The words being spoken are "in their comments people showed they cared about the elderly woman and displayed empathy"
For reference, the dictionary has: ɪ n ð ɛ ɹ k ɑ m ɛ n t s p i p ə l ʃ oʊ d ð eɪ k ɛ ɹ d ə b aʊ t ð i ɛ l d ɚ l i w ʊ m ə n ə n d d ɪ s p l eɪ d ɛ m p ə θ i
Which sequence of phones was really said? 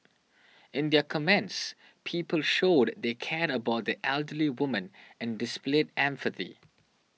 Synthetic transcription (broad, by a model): ɪ n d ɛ k ɑ m ɛ n t s p i p ə l ʃ oʊ d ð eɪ k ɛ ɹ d ə b aʊ t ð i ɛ l d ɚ l i w ʊ m ə n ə n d d ɪ s p l eɪ d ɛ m f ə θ i